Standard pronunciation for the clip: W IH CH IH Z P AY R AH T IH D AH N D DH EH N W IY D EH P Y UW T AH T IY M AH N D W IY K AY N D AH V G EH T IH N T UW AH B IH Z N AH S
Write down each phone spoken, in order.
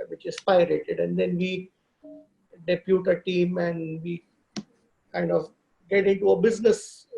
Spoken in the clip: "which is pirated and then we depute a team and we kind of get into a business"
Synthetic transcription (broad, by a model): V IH CH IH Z P AY R AH T IH D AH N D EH N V IY D EH P Y UW T AH T IY M AH N D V IY K AY N D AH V G EH T IH N T UW AH B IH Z N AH S